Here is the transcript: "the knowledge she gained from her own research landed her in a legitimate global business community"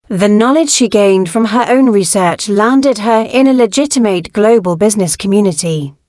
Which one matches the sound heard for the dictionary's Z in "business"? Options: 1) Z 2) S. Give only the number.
1